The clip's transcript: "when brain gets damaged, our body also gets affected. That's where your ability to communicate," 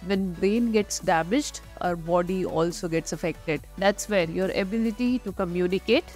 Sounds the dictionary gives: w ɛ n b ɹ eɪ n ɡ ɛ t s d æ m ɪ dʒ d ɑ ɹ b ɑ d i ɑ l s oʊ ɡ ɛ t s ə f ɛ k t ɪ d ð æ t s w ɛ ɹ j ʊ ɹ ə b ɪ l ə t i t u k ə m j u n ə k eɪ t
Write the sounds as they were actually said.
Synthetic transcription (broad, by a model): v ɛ n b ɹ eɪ n ɡ ɛ t s d æ m ɪ dʒ d ɑ ɹ b ɑ d i ɑ l s oʊ ɡ ɛ t s ə f ɛ k t ɪ d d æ t s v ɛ ɹ j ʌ ɹ ə b ɪ l ə t i t u k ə m j u n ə k eɪ t